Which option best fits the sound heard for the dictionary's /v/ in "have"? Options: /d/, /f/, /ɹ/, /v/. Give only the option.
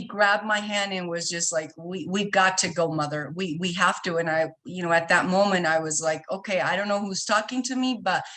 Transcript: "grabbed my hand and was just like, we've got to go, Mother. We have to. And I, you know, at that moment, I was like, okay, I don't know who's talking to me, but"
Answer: /f/